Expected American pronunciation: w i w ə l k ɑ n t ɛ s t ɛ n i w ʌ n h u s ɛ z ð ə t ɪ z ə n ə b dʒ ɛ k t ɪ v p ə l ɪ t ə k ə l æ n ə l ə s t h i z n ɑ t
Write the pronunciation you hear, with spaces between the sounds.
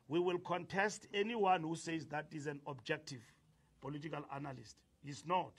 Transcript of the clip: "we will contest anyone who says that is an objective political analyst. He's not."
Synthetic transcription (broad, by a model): w i w ə l k ɑ n t ɛ s t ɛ n i w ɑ n h u s ɛ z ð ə t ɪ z ə n ə b dʒ ɛ k t ɪ v p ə l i t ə k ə l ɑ n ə l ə s t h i s n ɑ t